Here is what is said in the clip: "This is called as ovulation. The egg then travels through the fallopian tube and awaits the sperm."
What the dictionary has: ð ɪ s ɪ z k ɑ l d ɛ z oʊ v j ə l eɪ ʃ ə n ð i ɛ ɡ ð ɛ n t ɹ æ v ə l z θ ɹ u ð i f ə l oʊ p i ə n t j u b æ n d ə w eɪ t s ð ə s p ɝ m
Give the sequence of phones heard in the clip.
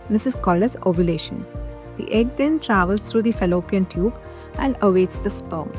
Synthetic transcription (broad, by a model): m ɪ s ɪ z k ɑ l ʌ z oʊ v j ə l eɪ ʃ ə n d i ɛ ɡ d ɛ n t ɹ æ v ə l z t ɹ u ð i f ə l oʊ p i ə n t j u b æ n d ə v eɪ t s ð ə s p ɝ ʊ